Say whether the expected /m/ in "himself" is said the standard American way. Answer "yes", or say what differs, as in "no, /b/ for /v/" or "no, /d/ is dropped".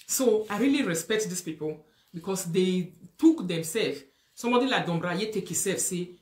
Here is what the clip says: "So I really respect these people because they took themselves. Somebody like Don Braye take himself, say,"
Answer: no, /m/ is dropped